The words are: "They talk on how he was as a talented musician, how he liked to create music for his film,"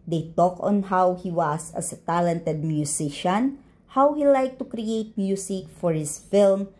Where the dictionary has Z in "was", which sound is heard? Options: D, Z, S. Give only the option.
S